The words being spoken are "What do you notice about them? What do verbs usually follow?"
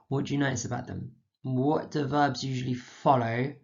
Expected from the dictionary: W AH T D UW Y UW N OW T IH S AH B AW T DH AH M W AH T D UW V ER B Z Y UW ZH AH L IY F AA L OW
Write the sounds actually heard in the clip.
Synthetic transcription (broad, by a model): W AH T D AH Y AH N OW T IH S AH B AW T DH AH M W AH T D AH V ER B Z Y UW ZH AH L IY F AA L OW